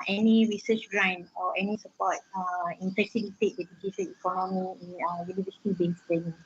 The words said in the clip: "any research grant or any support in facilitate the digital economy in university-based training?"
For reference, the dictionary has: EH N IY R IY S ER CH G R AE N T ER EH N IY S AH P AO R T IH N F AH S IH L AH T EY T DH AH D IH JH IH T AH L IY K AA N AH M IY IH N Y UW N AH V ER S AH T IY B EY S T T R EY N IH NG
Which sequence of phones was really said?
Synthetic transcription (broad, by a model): EH N IY R IY S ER CH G R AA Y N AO EH N IY S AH P AO T IH N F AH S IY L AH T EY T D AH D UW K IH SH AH N IY K AA N AH M IY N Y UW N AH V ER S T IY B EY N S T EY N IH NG